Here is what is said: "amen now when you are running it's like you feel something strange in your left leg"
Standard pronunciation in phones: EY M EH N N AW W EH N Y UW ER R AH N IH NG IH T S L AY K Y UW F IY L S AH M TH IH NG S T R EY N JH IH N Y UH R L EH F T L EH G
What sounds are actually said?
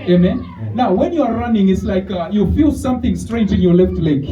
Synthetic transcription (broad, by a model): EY M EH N N AW W EH N Y UW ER R AH N IH NG IH T S L AY K Y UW F IY L S AH M TH IH NG S T R EY N JH IH N Y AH L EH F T L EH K